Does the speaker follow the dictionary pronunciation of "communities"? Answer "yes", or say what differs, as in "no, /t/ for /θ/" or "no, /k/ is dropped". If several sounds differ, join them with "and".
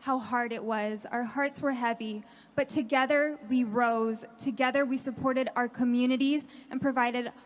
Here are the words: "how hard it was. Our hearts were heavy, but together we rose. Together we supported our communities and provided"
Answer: yes